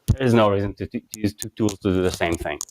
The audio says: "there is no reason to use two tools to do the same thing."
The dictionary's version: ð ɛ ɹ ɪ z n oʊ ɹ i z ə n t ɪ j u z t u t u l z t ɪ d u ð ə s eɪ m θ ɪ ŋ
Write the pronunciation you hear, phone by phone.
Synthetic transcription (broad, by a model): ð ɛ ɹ ɪ z n oʊ ɹ i z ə n t ɪ j u z t u t u l z t ɪ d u ð ə s eɪ m θ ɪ ŋ